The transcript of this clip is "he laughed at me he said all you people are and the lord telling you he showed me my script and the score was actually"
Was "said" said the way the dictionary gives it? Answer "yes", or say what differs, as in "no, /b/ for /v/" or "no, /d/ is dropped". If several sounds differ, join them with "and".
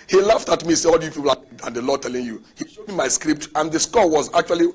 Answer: no, /d/ is dropped